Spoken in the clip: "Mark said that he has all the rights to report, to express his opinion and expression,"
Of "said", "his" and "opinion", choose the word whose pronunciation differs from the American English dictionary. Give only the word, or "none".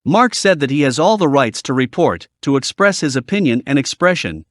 none